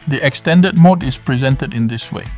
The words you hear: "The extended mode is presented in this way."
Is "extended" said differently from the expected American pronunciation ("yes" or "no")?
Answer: no